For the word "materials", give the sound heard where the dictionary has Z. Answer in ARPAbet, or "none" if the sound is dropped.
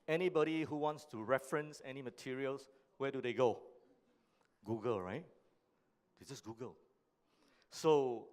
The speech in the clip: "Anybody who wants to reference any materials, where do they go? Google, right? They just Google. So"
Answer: S